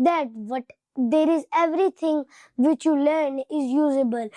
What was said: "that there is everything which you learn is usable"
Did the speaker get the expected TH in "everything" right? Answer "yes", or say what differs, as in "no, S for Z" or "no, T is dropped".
no, T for TH